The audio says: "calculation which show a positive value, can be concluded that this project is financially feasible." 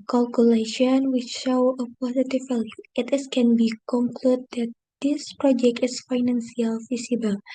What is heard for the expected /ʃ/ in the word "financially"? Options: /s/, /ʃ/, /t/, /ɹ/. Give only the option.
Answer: /s/